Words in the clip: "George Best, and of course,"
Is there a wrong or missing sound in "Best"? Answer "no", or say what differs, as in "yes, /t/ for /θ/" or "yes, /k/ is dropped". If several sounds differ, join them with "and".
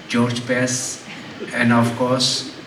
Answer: yes, /t/ is dropped